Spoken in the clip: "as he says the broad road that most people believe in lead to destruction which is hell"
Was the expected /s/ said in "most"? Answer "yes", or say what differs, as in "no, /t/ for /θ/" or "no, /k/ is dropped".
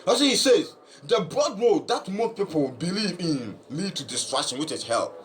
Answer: no, /s/ is dropped